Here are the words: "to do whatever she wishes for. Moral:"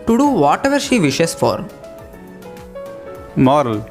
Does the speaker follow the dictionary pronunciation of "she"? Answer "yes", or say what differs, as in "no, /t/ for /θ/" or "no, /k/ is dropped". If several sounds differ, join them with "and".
yes